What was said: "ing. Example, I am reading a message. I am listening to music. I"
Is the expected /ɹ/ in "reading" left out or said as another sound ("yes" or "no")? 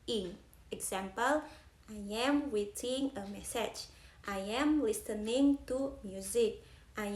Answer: yes